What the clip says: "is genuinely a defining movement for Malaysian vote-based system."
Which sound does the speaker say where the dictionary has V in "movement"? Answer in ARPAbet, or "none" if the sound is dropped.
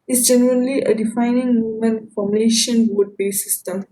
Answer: none